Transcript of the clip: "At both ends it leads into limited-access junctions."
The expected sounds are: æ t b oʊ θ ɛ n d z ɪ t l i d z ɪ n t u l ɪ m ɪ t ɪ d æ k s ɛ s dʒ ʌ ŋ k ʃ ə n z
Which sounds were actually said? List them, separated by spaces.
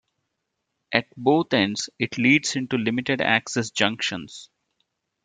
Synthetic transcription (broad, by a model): æ t b oʊ t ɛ n d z ɪ t l i d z ɪ n t u l ɪ m ɪ t ɪ d æ k s ɛ s dʒ ʌ ŋ k ʃ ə n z